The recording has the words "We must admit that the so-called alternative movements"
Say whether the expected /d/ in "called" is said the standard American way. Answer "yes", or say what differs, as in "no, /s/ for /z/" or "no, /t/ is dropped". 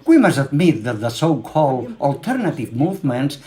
yes